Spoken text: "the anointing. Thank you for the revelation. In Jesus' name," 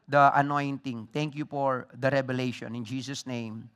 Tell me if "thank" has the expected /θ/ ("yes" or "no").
no